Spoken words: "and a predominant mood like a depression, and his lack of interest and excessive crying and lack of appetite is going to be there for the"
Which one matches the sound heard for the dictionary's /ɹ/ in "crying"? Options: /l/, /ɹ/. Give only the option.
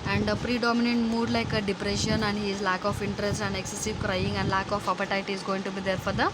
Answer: /ɹ/